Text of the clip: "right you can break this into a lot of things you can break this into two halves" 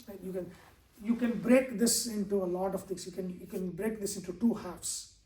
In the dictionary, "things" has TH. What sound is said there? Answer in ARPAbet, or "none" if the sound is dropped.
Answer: T